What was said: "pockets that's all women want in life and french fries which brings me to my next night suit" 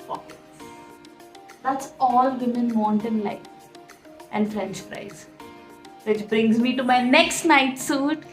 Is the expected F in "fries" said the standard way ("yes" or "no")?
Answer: no